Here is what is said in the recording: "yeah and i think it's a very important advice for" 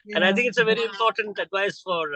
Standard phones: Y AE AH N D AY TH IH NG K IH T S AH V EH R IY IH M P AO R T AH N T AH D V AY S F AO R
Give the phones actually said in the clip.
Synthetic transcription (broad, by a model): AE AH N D AY T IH NG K IH T S AH V EH R IY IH M P AO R T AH N T AH D V AY S F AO R